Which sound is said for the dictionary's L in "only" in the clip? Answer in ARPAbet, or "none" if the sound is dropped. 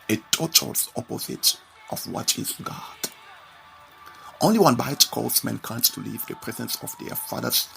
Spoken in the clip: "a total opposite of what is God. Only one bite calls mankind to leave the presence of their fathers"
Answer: L